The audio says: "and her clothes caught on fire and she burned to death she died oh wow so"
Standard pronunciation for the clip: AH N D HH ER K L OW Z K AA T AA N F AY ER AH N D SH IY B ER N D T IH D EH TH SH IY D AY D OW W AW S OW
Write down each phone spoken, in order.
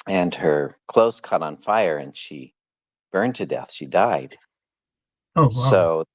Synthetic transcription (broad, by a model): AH N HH ER K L OW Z K AA T N F AY ER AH N SH IY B ER N T IH D EH TH SH IY D AY D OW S OW